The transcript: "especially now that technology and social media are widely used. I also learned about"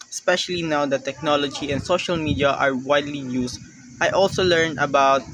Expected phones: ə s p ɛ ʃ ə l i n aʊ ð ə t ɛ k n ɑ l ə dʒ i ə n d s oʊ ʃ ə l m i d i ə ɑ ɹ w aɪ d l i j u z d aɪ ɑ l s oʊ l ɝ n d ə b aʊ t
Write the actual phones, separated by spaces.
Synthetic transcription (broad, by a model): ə s p ɛ ʃ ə l i n aʊ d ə t ɛ k n ɑ l ə dʒ i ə n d s oʊ ʃ ə l m i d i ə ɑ ɹ w aɪ d l i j u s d aɪ ɑ l s oʊ l ɝ n ə b aʊ t